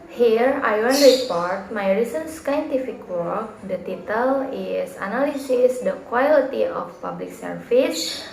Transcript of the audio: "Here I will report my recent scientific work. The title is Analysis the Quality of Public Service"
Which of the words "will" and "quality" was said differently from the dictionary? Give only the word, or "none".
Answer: will